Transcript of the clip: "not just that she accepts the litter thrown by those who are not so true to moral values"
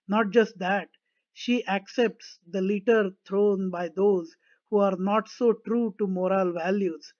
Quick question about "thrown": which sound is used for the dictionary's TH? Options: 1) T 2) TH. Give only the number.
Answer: 1